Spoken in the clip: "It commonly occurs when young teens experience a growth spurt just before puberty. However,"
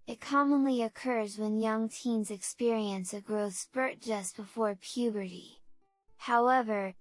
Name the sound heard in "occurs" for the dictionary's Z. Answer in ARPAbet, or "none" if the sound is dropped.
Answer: Z